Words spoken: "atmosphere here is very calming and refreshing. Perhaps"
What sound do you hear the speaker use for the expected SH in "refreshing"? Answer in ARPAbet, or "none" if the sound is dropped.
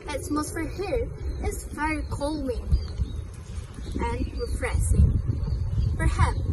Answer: S